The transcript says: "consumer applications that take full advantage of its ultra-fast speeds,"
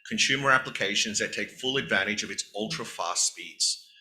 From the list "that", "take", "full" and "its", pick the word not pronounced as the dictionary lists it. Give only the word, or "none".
none